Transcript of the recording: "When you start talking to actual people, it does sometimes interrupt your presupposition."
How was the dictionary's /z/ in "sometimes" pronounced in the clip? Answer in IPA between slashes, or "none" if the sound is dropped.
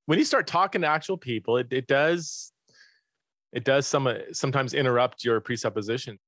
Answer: /z/